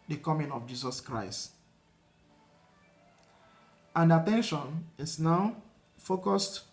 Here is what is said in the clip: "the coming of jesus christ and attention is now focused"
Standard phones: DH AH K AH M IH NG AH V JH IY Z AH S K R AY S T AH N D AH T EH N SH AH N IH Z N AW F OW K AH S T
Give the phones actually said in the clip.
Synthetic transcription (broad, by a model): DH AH K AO M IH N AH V JH IY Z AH S K R AY S T AH N D AH T EH N SH AH N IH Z N AW F OW K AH S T